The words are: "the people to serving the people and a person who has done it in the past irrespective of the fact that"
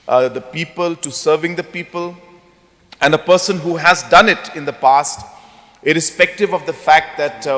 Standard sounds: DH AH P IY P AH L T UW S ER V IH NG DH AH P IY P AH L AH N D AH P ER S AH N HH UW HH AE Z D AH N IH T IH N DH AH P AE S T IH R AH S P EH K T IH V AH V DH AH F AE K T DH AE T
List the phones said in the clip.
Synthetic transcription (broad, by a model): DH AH P IY P AH L T UW S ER V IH NG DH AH P IY P AH L AH N D AH P ER S AH N HH UW HH AE Z D AH N IH T IH N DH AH P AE S T IH R AH S P EH K T IH V AH V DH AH F AE K T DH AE T